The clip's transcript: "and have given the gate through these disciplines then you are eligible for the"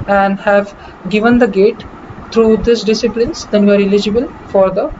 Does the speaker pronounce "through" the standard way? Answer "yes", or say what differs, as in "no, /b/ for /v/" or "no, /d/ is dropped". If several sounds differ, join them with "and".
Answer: no, /t/ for /θ/